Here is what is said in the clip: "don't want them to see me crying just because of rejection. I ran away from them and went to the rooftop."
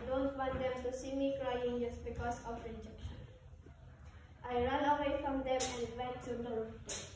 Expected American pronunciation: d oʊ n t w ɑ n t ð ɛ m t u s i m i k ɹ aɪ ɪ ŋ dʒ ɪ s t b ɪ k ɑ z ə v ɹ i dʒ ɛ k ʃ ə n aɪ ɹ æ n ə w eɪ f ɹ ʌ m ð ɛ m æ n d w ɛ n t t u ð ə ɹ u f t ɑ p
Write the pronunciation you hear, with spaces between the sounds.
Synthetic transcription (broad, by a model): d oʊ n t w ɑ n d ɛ m t u s i m i k ɹ aɪ ɪ ŋ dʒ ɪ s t b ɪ k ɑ s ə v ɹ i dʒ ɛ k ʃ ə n aɪ ɹ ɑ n ə w eɪ f ɹ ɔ m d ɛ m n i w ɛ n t t u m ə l